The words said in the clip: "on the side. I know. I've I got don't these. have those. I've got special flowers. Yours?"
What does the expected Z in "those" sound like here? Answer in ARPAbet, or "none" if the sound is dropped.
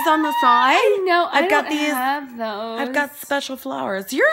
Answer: none